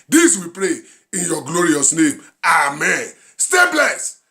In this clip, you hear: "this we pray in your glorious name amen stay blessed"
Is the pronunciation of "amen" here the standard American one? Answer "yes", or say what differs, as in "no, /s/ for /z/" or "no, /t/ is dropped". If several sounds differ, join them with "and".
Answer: yes